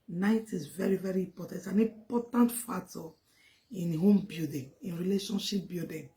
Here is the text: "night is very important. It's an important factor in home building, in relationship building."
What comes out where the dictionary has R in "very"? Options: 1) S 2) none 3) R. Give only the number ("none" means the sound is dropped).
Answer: 3